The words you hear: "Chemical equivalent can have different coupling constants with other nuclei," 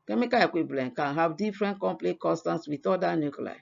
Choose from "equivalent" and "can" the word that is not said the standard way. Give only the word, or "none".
equivalent